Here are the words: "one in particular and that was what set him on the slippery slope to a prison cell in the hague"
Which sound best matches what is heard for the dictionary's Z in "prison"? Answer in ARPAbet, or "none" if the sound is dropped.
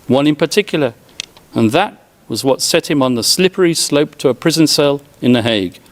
Z